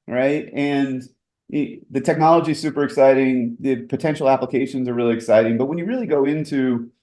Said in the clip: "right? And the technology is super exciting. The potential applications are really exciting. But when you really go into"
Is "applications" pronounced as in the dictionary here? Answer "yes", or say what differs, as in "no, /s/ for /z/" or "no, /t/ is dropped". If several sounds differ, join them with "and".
yes